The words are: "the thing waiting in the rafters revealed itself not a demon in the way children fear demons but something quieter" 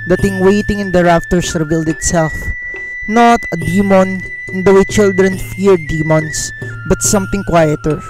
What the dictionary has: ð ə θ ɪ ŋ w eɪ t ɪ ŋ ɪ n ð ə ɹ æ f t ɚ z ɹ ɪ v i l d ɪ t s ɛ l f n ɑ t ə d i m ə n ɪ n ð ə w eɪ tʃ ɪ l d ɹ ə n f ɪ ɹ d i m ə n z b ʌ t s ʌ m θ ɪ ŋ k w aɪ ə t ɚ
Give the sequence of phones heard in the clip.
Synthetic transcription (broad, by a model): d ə t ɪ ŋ w eɪ t ɪ ŋ ɪ n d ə ɹ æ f t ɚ s ɹ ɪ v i l d ɪ t s ɛ l f n ɑ t ə d i m ə n ɪ n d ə w eɪ tʃ ɪ l d ɹ ə n f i ɹ d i m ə n s b ʌ t s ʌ m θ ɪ ŋ k w aɪ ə t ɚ